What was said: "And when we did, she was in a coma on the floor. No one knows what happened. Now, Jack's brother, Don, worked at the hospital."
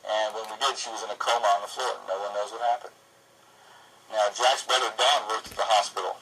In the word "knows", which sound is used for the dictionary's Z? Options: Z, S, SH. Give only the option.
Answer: Z